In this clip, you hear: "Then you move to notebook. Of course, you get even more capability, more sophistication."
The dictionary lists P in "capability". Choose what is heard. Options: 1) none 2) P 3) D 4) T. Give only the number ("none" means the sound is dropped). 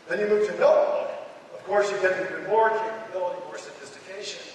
1